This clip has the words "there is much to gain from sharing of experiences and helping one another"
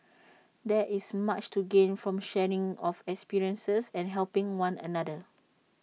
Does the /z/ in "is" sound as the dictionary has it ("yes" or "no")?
no